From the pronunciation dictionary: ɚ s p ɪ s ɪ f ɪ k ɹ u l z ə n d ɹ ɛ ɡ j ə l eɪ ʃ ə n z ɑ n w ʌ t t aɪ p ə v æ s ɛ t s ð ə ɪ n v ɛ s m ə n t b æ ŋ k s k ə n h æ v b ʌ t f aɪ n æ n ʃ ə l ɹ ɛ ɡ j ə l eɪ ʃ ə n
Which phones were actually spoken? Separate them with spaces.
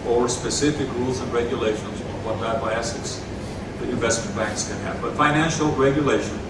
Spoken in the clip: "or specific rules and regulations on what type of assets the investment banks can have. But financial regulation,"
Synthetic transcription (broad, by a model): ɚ s p ɪ s ɪ f ɪ k ɹ u l z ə n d ɹ ɛ ɡ j ə l eɪ ʃ ə n z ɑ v w ʌ t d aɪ ə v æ s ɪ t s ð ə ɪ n v ɛ s m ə n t b æ ŋ k s k ə n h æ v b ʌ t f aɪ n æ n ʃ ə l ɹ ɛ ɡ j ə l eɪ ʃ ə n